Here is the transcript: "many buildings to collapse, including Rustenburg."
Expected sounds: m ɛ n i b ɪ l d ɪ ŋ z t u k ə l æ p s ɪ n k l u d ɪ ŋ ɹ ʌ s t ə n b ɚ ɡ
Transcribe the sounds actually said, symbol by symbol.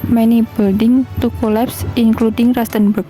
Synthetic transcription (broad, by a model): m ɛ n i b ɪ l d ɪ ŋ t u k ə l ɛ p s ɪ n k l u d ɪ ŋ ɹ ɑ s t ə n b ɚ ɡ